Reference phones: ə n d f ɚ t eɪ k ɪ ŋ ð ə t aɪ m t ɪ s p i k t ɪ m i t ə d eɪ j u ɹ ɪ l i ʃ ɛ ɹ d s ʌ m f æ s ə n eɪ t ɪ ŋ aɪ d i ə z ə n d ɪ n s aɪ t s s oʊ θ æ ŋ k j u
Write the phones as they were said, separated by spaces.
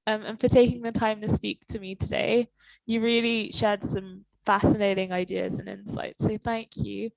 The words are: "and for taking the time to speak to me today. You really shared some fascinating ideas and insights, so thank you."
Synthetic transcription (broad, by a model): ə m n f ɚ t eɪ k ɪ ŋ ð ə t aɪ m t ɪ s p i k t ɪ m i t ə d eɪ j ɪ ɹ ɪ l i ʃ ɛ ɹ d s ʌ m f æ s ə n eɪ t ɪ ŋ aɪ d i ə z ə n ɪ n s aɪ t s s oʊ θ æ ŋ k j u